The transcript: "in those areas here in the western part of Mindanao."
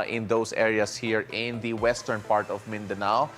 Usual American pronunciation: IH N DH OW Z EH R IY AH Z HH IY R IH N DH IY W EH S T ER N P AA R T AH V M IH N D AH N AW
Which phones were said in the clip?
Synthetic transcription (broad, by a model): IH N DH OW S EH R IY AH S HH IY R IH N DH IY W EH S T ER N P AA R T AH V M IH N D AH N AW